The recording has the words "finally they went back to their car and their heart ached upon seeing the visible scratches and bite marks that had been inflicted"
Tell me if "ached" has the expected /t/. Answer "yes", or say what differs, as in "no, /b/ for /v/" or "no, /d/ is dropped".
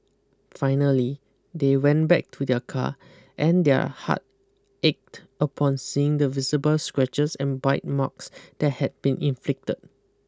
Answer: yes